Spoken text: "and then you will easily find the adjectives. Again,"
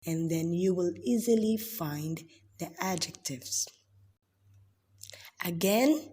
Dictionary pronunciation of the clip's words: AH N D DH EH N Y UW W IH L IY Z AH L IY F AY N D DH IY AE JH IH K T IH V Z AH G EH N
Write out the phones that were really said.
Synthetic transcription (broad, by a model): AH N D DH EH N Y UW W IH L IY Z AH L IY F AY N D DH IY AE JH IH K T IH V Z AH G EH N